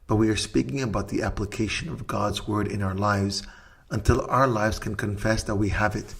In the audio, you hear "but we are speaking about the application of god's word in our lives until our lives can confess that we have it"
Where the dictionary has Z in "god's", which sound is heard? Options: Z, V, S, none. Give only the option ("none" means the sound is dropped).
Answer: Z